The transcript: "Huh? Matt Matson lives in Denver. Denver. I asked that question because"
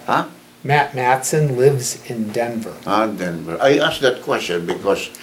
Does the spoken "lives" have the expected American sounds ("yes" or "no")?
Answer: yes